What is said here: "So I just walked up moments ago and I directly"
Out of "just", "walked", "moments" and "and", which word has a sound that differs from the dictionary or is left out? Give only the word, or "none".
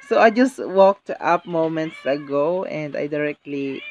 none